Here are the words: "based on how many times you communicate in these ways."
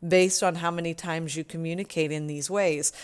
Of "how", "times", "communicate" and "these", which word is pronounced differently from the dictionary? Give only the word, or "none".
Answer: none